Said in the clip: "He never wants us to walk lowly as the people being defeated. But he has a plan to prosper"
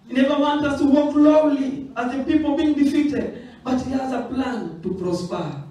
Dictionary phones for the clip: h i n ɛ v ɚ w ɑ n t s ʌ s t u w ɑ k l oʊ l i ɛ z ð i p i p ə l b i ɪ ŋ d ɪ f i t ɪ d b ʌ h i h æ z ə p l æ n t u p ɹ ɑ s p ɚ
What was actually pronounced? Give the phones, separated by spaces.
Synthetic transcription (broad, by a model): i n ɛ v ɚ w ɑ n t ʌ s t u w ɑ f l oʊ l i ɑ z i p i p ə l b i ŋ d ɪ f i t ɪ d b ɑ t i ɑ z ə p l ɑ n t u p ɹ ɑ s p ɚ